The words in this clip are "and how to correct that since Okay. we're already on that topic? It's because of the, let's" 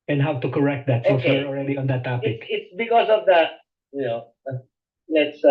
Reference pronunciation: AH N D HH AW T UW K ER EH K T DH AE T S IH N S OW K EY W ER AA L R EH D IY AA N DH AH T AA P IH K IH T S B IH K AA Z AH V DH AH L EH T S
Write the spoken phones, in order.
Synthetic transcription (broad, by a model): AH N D HH AW T UW K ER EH K T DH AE T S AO S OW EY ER AA L R EH D IY AA N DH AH T AA P IH K IH T S B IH K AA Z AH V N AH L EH T S